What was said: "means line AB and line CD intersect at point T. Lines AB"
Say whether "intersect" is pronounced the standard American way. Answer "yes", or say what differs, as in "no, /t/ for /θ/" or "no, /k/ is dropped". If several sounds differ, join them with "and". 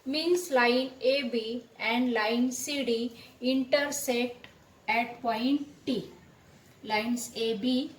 no, /k/ is dropped